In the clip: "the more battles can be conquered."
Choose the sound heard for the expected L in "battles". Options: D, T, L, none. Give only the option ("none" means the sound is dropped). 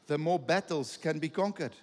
L